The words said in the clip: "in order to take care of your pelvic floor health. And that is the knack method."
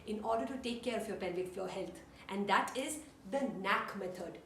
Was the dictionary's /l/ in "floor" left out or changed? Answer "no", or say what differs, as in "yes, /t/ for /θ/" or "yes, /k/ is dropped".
yes, /l/ is dropped